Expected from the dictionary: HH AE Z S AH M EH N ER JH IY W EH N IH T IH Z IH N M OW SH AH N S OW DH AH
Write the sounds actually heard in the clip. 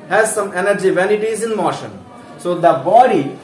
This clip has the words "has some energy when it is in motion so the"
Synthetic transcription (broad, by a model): HH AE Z S AH M EH N ER JH IY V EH N IH T IH Z IH N M OW SH AH N S OW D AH